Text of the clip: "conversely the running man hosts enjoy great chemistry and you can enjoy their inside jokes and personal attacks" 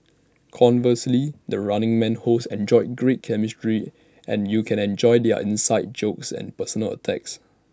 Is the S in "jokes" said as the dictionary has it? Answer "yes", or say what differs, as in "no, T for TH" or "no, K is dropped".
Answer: yes